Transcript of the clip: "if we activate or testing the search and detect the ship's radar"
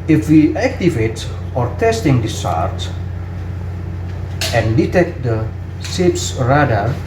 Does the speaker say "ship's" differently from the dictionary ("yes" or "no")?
yes